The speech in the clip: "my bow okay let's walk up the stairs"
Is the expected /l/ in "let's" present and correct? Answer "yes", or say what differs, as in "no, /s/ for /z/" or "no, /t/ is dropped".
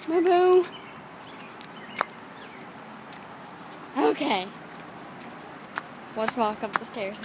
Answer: no, /w/ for /l/